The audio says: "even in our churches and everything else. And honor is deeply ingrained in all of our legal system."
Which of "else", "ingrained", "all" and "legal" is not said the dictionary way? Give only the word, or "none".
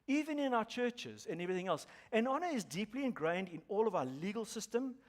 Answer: none